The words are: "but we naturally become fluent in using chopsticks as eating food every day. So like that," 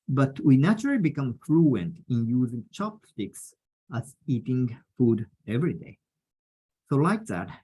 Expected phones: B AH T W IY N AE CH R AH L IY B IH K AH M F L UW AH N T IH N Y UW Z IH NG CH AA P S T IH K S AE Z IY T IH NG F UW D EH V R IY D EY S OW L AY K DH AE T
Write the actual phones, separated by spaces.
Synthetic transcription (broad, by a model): B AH T W IY N AE CH R AH L IY B IH K AH M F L UW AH N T IH N Y UW Z IH NG CH AA P S T IH K S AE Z IY T IH NG F UW D EH V R IY D EY S OW L AY K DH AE T